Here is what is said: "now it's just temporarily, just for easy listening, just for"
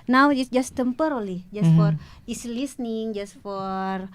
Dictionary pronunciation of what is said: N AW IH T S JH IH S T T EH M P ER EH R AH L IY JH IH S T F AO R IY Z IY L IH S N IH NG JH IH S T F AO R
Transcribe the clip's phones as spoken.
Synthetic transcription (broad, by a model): N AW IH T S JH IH S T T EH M P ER R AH L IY JH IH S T F AO R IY S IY L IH S N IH NG JH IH S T F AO R